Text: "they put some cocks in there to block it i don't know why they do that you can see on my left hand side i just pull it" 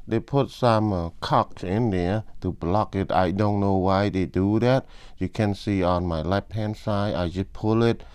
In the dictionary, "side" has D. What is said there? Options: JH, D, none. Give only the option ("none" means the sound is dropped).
none